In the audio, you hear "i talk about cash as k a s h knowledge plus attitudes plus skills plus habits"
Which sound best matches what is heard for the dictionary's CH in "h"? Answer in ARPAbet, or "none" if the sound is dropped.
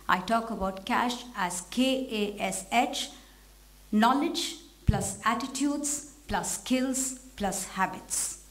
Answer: CH